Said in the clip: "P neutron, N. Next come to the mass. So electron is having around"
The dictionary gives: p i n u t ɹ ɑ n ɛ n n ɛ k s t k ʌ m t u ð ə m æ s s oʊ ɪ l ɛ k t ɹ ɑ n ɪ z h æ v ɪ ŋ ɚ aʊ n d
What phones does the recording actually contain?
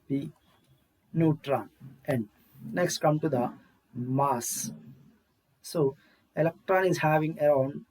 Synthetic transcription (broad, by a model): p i n u t ɹ ɑ n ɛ n n ɛ k s t k ʌ m t u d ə m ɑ s s oʊ ɪ l ɛ k t ɹ ɑ n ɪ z h æ v ɪ ŋ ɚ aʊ n d